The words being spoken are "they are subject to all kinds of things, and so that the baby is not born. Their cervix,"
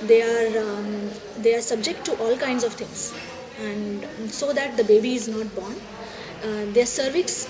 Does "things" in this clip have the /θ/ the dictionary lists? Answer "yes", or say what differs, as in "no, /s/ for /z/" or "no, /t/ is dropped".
no, /t/ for /θ/